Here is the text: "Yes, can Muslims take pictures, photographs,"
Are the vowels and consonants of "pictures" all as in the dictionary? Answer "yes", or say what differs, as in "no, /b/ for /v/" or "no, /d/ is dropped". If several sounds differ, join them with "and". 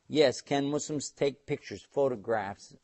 yes